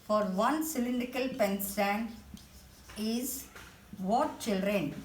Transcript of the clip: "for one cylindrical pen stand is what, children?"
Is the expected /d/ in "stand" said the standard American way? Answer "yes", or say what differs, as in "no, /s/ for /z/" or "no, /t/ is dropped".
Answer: no, /d/ is dropped